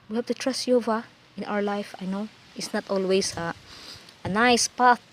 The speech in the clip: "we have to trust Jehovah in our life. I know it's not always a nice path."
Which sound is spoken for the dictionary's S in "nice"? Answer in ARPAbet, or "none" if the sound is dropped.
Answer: S